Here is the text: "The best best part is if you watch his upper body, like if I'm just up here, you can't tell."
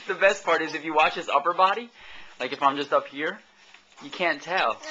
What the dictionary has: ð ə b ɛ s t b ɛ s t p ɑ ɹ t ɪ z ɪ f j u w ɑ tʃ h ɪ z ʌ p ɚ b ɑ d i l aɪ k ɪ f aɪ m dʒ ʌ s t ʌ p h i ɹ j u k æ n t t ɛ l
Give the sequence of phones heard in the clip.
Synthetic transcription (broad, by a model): ð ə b b ɛ s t p ɑ ɹ t ɪ z ɪ f j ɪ w ɑ tʃ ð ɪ s ʌ p ɚ b ɑ d i l aɪ k ɪ f aɪ m dʒ ʌ s t ʌ p h i ɹ j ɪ k æ n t t ɛ l